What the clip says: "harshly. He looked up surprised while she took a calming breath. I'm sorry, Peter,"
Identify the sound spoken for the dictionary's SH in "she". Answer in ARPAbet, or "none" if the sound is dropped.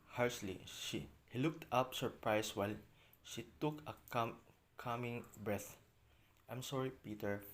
SH